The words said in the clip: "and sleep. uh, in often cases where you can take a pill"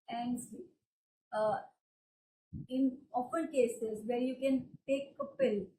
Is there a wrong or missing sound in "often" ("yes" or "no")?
yes